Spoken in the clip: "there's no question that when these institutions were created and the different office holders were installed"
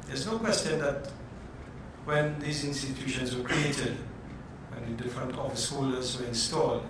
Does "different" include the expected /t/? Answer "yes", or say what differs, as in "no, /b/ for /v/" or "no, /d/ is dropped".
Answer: yes